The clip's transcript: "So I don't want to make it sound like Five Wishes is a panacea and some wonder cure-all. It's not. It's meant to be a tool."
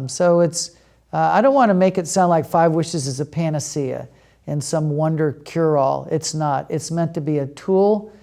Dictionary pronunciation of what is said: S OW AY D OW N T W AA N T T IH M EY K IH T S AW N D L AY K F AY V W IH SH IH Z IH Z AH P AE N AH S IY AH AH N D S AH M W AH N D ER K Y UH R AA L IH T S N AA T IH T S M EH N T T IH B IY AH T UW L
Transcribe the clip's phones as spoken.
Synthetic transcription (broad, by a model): S OW AY D OW N T W AA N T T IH M EY K IH T S AW N D L AY K F AY V W IH SH IH Z IH Z AH P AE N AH S IY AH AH N S AH M W AH N D ER K Y UH R AA L IH T S N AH T IH T S M EH N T T IH B IY AH T UW L